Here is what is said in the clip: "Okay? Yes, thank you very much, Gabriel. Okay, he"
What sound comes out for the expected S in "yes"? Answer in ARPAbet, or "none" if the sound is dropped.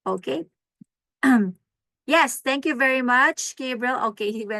S